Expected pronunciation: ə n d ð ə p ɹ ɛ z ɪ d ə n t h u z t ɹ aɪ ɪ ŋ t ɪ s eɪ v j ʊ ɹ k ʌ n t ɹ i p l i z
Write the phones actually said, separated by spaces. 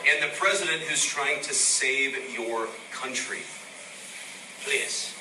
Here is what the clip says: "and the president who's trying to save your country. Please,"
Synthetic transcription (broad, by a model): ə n ð ə p ɹ ɛ z ɪ d ə n t h u z t ɹ aɪ ɪ ŋ t ɪ s eɪ v j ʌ ɹ k ʌ n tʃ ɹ i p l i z